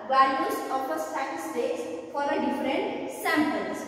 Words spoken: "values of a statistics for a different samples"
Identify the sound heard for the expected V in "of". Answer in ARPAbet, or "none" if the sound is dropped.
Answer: P